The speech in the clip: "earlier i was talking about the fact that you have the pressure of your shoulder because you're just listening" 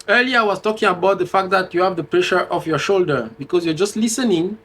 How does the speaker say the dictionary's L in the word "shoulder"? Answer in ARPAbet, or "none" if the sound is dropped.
L